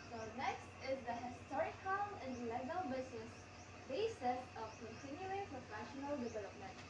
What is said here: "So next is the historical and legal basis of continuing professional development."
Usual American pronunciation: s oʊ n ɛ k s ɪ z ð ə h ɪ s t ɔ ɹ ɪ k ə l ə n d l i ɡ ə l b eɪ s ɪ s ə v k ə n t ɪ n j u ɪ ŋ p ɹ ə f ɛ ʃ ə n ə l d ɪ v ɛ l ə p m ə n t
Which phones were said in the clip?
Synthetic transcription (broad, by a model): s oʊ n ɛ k s ɪ z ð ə h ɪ s t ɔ ɹ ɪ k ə n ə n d l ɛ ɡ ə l b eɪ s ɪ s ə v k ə n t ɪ n j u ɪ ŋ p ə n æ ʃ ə n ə l d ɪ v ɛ l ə p m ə n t